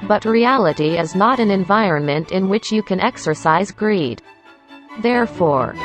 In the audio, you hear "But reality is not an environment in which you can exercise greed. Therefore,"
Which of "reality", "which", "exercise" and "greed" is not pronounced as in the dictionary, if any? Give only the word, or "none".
none